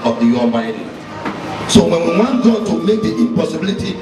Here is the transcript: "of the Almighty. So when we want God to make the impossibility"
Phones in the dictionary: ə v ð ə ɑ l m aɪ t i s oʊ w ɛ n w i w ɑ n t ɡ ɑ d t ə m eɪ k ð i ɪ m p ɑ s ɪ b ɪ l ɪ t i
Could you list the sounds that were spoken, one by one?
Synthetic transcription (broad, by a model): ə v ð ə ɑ m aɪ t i s oʊ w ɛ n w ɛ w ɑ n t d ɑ t ə m eɪ k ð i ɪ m p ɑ s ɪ b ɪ l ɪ t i